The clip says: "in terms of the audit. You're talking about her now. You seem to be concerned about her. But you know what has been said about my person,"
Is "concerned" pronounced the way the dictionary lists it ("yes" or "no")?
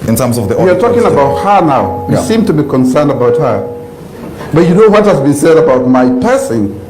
yes